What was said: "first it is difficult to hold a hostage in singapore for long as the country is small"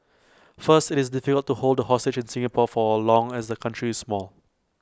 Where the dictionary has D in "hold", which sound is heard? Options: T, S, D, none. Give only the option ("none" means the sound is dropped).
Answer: D